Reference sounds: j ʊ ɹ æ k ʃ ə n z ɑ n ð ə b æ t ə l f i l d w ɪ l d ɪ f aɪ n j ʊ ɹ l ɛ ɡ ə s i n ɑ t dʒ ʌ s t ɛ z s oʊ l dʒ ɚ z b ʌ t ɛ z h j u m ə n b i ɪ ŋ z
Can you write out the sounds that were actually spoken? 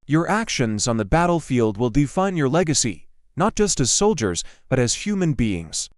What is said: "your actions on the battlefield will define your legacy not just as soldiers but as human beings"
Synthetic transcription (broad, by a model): j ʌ ɹ æ k ʃ ə n z n ð ə b æ t l f i l d w ɪ l d ɪ f aɪ n j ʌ ɹ l ɛ ɡ ə s i n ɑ t dʒ ʌ s t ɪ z s oʊ l dʒ ɚ z b ʌ t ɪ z h j u m ə n b i ɪ ŋ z